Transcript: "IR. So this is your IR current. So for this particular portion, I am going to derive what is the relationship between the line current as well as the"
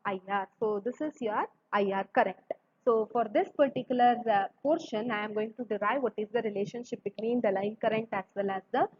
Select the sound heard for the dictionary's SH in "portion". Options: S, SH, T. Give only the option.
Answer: SH